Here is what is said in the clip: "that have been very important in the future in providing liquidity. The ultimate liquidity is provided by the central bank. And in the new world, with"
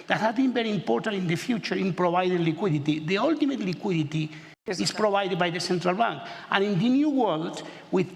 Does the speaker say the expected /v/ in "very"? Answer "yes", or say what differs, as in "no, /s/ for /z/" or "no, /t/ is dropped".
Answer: no, /b/ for /v/